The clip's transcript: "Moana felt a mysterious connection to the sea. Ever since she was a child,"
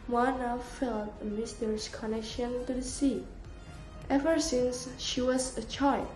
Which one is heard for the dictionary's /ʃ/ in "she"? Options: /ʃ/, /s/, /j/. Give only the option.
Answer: /ʃ/